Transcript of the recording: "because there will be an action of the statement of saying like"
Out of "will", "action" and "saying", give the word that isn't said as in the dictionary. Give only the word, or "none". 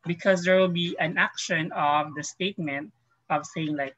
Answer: none